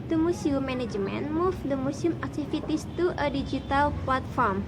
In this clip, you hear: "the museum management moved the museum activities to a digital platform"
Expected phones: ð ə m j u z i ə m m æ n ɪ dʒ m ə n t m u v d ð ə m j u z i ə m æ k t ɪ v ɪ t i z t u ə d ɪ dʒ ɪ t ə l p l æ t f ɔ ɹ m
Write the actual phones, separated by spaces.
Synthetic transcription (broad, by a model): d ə m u s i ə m m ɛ n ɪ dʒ m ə n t m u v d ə m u s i m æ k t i f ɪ t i s t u ə d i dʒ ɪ t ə l p l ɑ t f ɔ ɹ m